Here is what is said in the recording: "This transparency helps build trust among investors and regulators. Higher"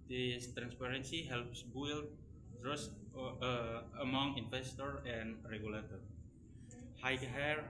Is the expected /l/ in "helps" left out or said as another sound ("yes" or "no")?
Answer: no